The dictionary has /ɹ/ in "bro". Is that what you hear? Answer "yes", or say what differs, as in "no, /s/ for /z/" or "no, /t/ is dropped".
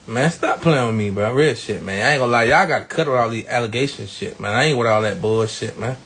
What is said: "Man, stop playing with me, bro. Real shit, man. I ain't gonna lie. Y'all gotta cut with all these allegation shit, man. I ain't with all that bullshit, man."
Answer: no, /ɹ/ is dropped